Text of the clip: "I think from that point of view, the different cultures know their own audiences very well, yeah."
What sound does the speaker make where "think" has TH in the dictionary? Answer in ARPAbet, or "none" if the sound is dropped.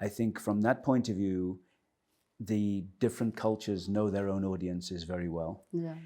TH